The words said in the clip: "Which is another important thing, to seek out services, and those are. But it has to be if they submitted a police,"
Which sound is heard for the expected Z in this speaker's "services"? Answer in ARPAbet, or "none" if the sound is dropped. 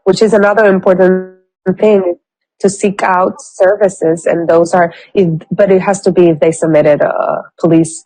Z